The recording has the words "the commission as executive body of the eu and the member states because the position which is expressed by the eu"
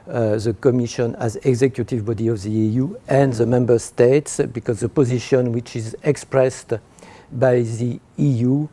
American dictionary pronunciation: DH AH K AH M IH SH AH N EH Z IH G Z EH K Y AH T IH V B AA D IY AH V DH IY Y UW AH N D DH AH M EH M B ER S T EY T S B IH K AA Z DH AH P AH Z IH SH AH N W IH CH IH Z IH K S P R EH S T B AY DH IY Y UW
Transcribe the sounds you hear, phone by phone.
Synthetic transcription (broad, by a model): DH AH K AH M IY SH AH N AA Z IH G Z EH K Y AH T IH V B AA D IY AH V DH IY Y UW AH N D DH AH M EH M B ER S T EY T S B IH K AA Z DH AH P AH Z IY SH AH N W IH CH IH Z IH K S P R EH S T B AY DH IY Y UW